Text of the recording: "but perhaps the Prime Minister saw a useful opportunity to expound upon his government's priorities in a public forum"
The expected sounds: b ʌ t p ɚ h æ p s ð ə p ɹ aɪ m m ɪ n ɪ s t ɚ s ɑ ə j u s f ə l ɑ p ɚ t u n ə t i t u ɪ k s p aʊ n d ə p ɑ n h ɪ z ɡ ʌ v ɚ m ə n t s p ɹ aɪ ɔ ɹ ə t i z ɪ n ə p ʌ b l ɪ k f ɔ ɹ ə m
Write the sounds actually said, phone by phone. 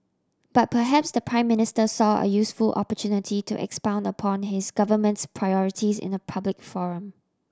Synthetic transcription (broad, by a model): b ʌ t p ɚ h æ p s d ə p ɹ aɪ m m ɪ n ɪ s t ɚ s ɑ ə j u s f ə l ɑ p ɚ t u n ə t i t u ɪ k s p aʊ n d ə p ɑ n h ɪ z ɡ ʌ v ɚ m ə n t s p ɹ aɪ ɔ ɹ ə t i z ɪ n ə p ʌ b l ɪ k f ɔ ɹ ə m